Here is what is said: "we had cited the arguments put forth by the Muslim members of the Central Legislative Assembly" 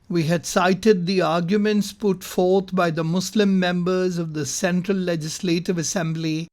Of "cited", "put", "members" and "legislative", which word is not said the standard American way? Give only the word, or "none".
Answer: none